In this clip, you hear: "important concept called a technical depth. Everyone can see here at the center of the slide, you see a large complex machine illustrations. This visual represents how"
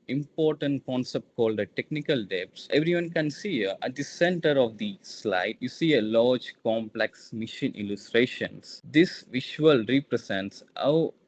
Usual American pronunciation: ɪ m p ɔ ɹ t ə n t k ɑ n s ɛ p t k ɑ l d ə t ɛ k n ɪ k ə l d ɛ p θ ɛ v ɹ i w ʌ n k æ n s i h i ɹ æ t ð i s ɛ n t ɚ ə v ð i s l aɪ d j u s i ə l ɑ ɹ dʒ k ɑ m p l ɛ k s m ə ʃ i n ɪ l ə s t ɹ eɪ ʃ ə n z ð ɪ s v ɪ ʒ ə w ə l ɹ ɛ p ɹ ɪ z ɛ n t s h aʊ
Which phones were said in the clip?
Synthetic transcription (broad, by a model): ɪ m p ɔ ɹ t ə n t k ɑ n s ɛ p t k ɑ l d ə t ɛ k n ɪ k ə l d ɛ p s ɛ v ɹ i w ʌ n k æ n s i i æ t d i s ɛ n t ɚ ə v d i s l aɪ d j u s i ə l ɑ ɹ dʒ k ɑ m p l ɛ k s m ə ʃ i n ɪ l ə s t ɹ eɪ ʃ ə n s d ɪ s v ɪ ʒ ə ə l ɹ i p ɹ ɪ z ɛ n t s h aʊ